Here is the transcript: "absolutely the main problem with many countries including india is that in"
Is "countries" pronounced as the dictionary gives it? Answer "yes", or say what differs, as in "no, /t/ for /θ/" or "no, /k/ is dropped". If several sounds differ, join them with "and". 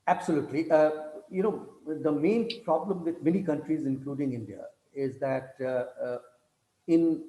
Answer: yes